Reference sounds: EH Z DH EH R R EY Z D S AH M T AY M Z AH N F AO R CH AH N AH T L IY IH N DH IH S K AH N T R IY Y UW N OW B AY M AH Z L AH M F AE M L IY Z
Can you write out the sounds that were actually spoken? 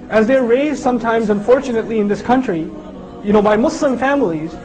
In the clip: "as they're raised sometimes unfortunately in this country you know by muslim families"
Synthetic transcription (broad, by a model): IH Z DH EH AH R EY Z D S AH M T AY M Z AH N F AO R CH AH N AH T L IY IH N DH IH S K AH N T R IY Y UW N OW B AY M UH S L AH M F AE M L IY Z